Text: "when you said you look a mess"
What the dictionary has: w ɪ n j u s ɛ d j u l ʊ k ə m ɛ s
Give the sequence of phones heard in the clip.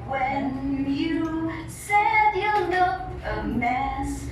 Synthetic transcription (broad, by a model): w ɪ n j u s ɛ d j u n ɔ ə m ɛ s